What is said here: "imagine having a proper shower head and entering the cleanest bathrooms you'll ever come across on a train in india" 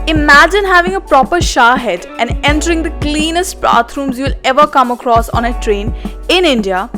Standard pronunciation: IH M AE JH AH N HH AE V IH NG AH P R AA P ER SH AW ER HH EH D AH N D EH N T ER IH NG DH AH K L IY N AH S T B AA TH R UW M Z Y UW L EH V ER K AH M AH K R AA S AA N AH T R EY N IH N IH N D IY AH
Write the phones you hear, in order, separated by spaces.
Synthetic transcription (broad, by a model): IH M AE JH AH N HH AE V IH NG AH P R AA P ER SH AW HH EH D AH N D EH N T ER IH NG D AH K L IY N AH S T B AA T R UW M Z Y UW L EH V ER K AH M AH K R AA S AA N AH T R EY N IH N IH N D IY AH